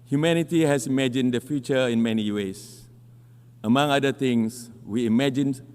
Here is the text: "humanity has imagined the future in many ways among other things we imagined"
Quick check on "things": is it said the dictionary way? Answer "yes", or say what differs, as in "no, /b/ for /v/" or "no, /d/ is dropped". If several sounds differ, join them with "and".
no, /t/ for /θ/ and /s/ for /z/